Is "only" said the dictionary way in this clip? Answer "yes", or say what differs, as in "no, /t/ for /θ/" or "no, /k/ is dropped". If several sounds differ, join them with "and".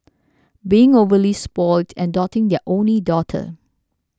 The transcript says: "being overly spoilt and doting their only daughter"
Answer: yes